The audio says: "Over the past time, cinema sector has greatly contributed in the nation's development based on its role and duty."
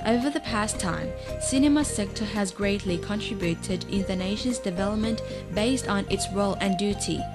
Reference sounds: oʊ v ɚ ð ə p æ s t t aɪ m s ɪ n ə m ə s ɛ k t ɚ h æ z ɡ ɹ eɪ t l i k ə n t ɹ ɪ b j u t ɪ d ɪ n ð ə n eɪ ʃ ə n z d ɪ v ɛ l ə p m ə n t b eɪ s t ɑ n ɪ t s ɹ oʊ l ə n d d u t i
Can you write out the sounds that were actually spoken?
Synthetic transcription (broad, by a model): oʊ v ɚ ð ə p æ s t t aɪ m s ɪ n ə m ə s ɛ k t ɚ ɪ z ɡ ɹ eɪ t l i k ə n t ɹ ɪ b j u t ɪ d ɪ n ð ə n eɪ ʃ ə n z d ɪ v ɛ l ə p m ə n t b eɪ s t n ɪ t s ɹ oʊ l ə n d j u t i